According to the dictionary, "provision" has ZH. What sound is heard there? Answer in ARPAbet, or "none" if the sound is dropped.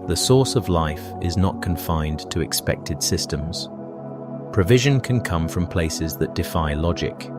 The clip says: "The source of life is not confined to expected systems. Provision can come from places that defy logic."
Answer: ZH